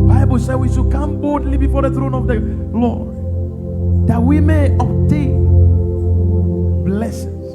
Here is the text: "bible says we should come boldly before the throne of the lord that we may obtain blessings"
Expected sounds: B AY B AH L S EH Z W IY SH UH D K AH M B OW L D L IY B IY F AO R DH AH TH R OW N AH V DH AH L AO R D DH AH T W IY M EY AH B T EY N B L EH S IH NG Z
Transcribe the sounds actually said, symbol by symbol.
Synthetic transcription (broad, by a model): B AY B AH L S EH W IY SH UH K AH M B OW D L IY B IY F AO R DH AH TH R OW N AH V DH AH L AO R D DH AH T W IY M EY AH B T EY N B L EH S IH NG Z